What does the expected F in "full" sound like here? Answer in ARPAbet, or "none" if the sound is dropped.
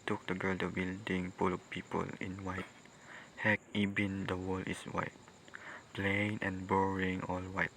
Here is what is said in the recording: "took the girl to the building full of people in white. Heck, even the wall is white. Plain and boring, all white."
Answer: P